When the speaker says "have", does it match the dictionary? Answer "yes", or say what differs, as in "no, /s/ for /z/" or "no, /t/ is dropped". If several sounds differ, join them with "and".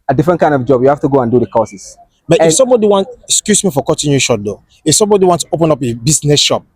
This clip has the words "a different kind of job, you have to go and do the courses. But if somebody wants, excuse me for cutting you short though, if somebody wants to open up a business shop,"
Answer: no, /f/ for /v/